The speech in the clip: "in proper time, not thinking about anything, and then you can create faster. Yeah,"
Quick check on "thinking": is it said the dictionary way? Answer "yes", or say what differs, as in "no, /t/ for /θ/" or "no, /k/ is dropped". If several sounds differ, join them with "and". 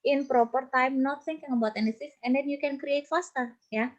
no, /s/ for /θ/